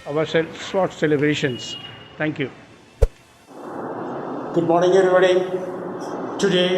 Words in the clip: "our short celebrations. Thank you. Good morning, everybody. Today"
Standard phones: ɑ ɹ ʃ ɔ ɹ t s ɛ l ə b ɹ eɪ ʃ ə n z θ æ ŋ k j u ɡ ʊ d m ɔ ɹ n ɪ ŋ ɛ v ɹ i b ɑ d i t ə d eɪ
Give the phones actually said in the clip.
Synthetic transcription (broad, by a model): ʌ ɹ s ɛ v t s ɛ l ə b ɹ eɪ ʃ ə n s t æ ŋ k j u ɡ ʊ d m ɔ ɹ n ɪ ŋ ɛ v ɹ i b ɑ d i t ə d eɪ